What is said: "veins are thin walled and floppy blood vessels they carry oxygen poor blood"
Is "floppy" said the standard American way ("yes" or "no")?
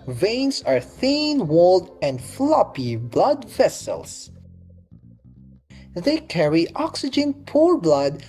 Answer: yes